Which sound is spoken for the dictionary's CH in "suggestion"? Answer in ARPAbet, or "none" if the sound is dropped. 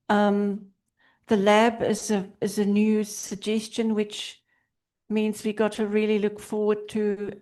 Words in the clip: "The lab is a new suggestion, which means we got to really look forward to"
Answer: CH